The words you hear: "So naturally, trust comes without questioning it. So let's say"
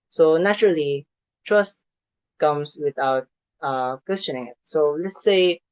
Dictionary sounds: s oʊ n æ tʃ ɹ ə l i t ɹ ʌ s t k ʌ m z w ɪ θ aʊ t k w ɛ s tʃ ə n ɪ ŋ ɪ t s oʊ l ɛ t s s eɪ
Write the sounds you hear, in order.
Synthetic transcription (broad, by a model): s oʊ n æ tʃ ɹ ə l i t ɹ ʌ s t k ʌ m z w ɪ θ aʊ t k w ɛ s tʃ ə n ɪ ŋ ɪ t s oʊ l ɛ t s s eɪ